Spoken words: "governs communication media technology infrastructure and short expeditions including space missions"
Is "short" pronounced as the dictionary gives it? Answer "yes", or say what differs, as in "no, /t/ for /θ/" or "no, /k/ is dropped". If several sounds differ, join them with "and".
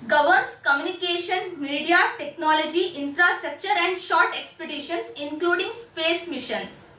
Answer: yes